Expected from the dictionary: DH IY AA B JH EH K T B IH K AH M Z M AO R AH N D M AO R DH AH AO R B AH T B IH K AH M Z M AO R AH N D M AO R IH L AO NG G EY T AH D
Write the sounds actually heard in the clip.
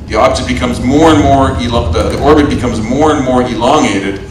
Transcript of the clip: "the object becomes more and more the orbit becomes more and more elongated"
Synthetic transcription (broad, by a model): DH IY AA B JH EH T B IH K AH M Z M AO R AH N M AO R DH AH AO R B AH T B IH K AH M Z M AO R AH N M AO R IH L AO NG EY T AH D